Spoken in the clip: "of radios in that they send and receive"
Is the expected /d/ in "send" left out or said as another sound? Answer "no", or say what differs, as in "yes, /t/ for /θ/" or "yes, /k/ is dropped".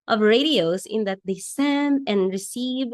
no